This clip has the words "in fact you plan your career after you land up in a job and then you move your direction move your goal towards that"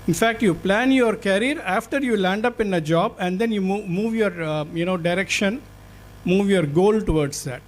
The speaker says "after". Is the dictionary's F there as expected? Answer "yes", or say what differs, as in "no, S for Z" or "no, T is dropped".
yes